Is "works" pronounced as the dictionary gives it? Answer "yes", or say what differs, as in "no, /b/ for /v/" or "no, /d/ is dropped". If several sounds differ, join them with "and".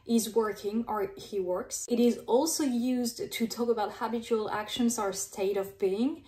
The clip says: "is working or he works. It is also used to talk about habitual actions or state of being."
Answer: yes